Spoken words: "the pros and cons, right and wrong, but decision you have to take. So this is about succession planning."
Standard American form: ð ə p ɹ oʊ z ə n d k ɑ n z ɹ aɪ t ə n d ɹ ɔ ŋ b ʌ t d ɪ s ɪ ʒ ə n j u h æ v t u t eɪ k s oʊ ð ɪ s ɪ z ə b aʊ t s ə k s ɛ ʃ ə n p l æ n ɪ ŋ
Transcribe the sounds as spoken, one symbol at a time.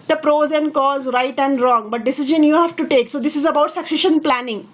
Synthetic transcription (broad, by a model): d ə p ɹ oʊ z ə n k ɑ z ɹ aɪ t ə n d ɹ ɔ ŋ b ʌ t d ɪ s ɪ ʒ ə n j u h æ v t u t eɪ k s oʊ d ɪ s ɪ z ə b aʊ t s ə k s ɛ ʃ ə n p l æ n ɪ ŋ